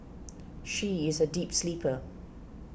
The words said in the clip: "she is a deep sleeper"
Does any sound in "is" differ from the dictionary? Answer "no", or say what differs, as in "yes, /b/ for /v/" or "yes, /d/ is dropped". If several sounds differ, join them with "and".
no